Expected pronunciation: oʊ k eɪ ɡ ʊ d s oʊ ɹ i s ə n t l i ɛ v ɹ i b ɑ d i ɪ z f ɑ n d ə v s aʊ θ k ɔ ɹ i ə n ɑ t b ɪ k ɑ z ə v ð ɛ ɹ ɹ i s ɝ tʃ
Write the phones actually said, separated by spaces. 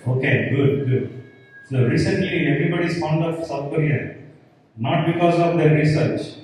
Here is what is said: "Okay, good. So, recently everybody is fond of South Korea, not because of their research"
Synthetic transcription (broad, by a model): oʊ k eɪ ɡ ʊ d s oʊ ɹ i s ə n t l i ɛ v ɹ i b ɑ d i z f ɑ n d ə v s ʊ f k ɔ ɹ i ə n ɑ t b ɪ k ɑ z ə v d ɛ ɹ ɹ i s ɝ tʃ